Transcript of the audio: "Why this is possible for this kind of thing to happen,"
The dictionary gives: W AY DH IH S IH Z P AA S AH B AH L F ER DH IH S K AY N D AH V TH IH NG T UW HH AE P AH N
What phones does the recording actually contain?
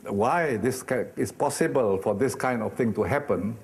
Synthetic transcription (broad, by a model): W AY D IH S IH S P AA S AH B AH L F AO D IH S K AY N D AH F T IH NG T UW HH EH P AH N